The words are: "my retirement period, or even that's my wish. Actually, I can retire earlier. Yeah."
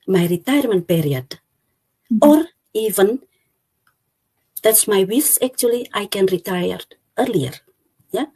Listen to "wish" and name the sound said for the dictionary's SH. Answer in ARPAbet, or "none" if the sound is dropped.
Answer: S